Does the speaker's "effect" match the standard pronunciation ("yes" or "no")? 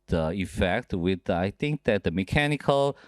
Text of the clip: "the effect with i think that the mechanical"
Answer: yes